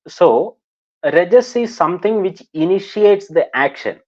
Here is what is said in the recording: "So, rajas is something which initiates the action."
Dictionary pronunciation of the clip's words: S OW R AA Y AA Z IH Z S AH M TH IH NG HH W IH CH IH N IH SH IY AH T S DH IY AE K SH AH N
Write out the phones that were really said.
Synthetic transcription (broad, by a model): S OW R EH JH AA S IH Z S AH M T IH NG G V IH CH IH N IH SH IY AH T S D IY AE K SH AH N